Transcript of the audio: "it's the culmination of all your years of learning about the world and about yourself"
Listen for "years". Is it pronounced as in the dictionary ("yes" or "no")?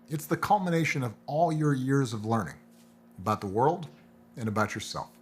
yes